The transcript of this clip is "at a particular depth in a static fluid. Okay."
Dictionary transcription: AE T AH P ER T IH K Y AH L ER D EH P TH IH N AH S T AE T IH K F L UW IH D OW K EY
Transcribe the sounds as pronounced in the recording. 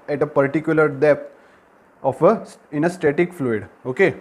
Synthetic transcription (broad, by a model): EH T AH P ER T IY K Y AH L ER D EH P F IH N AH S T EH T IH K F L UW IH D OW K EY